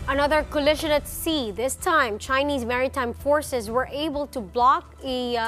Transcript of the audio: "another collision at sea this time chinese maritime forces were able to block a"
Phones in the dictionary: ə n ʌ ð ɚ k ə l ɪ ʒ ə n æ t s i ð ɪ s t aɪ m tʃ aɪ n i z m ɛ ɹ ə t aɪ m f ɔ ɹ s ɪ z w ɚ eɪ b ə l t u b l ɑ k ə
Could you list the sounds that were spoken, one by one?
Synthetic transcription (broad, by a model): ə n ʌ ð ɚ k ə l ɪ ʃ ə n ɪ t s i ð ɪ s t aɪ m tʃ aɪ n i z m ɛ ɹ ə t aɪ m f ɔ ɹ s ɪ z w ɚ eɪ b ə l t u b l ɑ k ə